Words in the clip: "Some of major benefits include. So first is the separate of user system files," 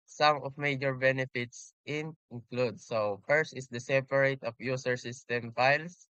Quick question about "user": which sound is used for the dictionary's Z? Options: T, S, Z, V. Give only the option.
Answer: S